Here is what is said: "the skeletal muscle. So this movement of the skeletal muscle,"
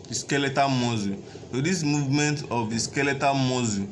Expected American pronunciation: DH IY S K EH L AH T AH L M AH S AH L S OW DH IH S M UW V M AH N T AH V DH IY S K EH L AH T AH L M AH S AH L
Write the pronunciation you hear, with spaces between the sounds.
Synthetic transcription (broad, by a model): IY S K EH L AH T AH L M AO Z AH S OW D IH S M UW V M AH N T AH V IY S K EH L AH T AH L M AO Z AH